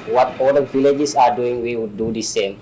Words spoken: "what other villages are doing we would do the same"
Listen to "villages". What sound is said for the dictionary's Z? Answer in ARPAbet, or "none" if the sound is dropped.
S